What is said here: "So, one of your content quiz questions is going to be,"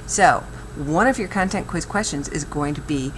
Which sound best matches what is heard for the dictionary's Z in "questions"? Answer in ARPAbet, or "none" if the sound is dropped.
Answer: Z